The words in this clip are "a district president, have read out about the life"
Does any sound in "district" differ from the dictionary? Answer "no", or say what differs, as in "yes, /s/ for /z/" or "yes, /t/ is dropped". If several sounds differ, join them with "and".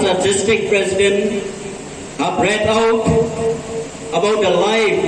yes, /ɹ/ is dropped